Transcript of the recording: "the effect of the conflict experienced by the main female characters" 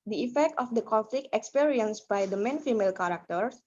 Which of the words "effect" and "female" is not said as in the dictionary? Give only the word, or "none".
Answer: none